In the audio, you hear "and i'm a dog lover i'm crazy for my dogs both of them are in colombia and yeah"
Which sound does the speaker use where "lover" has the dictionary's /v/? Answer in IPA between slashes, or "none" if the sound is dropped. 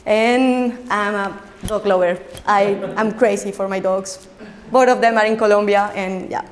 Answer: /w/